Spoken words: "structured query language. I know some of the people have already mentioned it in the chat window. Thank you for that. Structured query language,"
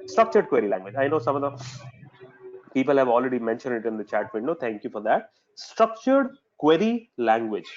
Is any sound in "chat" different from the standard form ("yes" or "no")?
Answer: no